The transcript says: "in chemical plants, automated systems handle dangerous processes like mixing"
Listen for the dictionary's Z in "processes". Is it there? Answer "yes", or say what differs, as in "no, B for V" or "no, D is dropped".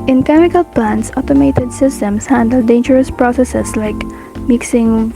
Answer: no, S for Z